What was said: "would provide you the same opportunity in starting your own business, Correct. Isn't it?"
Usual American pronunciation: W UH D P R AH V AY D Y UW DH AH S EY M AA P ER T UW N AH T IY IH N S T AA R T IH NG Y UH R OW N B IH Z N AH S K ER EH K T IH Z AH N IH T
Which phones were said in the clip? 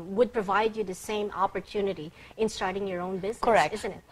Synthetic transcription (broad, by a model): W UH D P R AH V AY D Y UW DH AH S EY M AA P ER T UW N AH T IY IH N S T AA R T IH NG Y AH R OW N B IH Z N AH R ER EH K IH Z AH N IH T